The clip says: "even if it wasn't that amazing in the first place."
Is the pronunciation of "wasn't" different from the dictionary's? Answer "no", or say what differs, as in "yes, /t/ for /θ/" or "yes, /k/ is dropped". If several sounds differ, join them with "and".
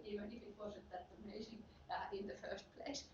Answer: yes, /n/ is dropped